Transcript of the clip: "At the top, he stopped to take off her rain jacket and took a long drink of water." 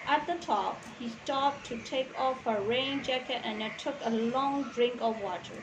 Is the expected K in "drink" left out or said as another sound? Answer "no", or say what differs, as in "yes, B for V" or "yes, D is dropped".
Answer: no